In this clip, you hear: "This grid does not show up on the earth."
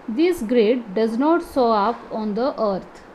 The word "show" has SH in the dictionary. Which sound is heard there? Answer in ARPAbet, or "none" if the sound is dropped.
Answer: S